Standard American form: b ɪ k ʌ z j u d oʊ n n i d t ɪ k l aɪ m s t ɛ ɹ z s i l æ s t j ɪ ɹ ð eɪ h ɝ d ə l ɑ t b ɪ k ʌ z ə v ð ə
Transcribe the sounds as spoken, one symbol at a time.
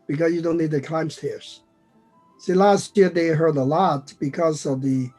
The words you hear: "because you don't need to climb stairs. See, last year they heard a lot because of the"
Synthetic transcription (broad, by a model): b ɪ k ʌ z j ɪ d oʊ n n i d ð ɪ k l aɪ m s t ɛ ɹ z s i l æ s t j ɪ ɹ ð eɪ h ɝ d ə l ɑ t b ɪ k ʌ z ə v ð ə